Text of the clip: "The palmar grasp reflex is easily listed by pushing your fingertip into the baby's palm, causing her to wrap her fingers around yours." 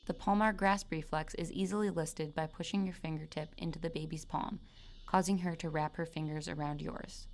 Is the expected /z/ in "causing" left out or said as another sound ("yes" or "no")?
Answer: no